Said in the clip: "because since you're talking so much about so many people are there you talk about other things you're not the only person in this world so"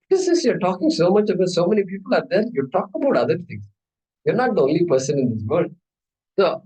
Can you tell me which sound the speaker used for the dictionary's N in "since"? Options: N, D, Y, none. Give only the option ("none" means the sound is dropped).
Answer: none